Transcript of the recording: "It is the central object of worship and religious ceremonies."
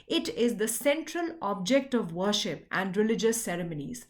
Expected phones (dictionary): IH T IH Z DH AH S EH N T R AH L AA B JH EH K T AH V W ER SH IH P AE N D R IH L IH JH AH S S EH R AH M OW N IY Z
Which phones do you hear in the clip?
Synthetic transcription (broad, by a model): IH T IH Z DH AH S EH N T R AH L AA B JH EH K T AH V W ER SH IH P AE N D R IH L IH JH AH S S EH R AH M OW N IY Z